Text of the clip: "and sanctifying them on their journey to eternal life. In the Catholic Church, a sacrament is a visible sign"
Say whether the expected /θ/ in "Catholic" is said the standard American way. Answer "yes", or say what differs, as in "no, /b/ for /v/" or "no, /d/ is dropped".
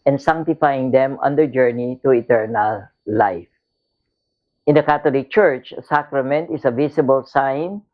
no, /t/ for /θ/